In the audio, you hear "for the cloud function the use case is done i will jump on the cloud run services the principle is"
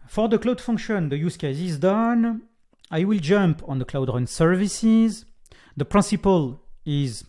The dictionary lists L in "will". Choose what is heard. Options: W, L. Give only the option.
L